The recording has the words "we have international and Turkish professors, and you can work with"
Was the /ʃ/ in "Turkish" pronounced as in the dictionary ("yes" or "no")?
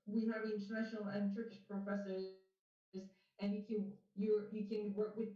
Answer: yes